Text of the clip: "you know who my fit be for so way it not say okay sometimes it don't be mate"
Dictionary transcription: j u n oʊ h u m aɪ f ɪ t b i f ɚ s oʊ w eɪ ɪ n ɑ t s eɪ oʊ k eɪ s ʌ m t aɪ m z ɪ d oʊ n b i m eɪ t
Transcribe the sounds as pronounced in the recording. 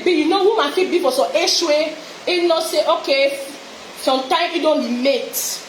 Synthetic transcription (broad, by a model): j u n oʊ h u m aɪ f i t b i f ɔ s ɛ w eɪ ɪ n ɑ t s eɪ oʊ k eɪ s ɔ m t aɪ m ɪ d oʊ n b i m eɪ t